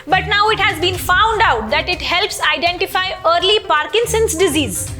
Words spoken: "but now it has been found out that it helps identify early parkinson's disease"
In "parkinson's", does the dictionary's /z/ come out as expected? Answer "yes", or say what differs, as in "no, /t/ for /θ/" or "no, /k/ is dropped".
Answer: no, /s/ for /z/